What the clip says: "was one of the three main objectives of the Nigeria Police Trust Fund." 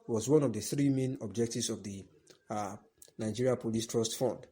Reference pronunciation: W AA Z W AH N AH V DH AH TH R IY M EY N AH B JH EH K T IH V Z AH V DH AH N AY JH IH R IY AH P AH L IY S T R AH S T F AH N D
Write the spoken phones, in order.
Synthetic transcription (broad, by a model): W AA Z W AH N AH V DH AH TH R IY M EY N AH B JH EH K T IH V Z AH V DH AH N AY JH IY R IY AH P AH L IY S T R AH S T F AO N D